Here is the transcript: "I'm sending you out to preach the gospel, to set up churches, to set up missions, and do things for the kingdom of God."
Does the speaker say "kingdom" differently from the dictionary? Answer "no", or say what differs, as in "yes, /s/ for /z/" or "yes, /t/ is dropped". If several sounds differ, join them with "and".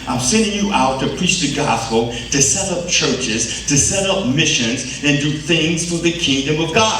no